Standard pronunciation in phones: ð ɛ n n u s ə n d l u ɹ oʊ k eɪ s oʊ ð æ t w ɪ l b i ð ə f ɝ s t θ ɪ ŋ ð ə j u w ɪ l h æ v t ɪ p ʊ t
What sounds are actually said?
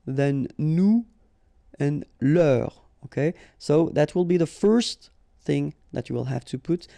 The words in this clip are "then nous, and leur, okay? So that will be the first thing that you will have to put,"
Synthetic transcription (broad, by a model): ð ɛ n n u ə n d l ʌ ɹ oʊ k eɪ s oʊ ð æ t w ɪ l b i ð ə f ɝ s t θ ɪ ŋ ð ə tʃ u w ɪ l h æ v t ɪ p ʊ t